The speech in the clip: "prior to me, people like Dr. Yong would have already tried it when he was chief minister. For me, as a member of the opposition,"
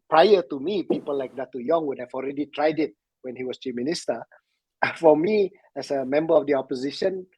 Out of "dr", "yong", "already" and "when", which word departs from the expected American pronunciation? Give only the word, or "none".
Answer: dr